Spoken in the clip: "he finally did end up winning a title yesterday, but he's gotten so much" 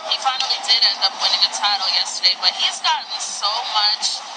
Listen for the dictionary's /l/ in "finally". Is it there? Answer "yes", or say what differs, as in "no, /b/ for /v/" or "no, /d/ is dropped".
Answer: no, /l/ is dropped